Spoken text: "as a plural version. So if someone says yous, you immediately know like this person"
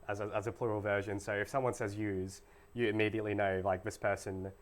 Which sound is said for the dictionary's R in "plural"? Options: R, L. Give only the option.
R